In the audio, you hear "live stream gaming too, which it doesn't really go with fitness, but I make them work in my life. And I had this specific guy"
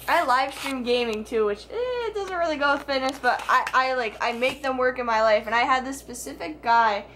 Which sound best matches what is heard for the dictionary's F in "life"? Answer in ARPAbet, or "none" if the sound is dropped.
F